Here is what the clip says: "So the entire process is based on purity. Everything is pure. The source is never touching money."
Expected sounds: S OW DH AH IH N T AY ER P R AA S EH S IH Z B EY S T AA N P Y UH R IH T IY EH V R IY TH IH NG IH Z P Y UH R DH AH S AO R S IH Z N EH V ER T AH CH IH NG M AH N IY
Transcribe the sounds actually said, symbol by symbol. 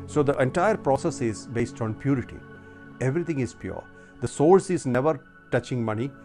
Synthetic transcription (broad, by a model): S OW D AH IH N T AY ER P R AA S EH S IH Z B EY S T AA N P Y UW R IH T IY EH V R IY T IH NG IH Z P Y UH R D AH S AO L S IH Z N EH V ER T AH CH IH NG M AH N IY